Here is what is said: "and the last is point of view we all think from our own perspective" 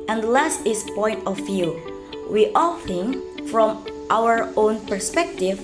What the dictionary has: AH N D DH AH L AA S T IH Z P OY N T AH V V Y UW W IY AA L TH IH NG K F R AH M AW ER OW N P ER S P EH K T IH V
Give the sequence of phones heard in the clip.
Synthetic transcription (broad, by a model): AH N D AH L AA S T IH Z P OY N T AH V V Y UW W IY AA L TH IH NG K F R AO M AW ER OW N P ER S P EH K T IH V